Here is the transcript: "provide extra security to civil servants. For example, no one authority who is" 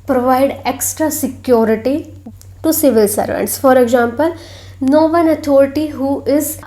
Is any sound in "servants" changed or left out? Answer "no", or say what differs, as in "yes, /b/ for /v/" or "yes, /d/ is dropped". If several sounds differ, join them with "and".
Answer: no